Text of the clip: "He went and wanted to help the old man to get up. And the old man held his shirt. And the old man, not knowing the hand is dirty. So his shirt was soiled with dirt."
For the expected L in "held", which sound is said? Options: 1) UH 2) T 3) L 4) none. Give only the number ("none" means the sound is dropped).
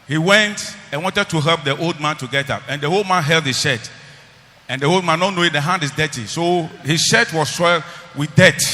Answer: 3